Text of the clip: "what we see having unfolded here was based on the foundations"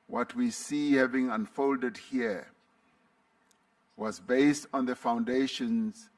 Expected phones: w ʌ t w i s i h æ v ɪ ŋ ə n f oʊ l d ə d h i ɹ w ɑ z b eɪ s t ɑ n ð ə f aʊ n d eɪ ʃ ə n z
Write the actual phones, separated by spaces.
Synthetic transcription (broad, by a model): w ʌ t w i s i h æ v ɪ ŋ ə n f oʊ l d ə d h i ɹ w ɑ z b eɪ s t ɑ n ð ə f aʊ n d eɪ ʃ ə n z